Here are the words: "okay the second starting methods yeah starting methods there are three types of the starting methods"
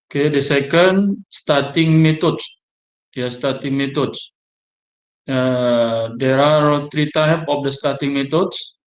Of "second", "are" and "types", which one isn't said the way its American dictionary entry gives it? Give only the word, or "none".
types